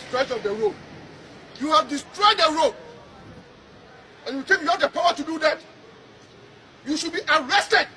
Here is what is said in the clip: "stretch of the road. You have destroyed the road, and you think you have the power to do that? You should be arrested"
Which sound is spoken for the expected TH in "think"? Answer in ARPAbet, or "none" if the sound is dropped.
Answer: T